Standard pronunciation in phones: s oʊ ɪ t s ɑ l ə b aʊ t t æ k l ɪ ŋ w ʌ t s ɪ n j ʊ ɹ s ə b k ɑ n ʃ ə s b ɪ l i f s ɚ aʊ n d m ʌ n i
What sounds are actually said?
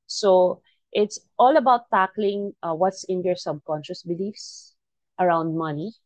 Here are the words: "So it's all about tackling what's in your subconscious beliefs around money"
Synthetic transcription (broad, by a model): s oʊ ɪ t s ɑ l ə b aʊ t t æ k l ɪ ŋ w ʌ t s ɪ n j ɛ ɹ s ə b k ɑ n ʃ ə s b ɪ l i f s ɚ aʊ n d m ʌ n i